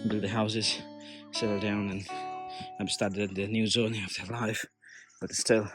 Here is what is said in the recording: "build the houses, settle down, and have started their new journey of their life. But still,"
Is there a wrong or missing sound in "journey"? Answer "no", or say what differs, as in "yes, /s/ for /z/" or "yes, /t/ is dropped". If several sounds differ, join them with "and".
yes, /z/ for /dʒ/